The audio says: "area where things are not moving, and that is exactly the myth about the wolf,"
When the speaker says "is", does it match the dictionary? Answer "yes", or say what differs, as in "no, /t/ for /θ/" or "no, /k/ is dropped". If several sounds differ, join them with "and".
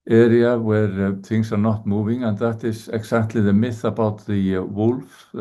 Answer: no, /s/ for /z/